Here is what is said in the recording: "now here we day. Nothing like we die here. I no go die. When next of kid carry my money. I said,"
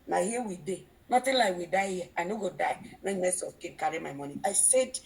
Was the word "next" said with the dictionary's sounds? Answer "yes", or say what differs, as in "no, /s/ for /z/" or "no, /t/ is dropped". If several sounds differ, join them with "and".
no, /k/ is dropped